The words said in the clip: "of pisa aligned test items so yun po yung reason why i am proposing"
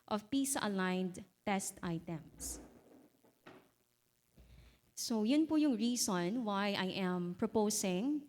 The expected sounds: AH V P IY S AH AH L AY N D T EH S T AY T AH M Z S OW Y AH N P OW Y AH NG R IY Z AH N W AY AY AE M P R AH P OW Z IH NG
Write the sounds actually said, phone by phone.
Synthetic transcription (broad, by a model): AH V P IY S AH AH L AY N D T EH S T AY T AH M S S OW Y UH N P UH Y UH NG R IY S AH N W AY AY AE M P R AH P OW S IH NG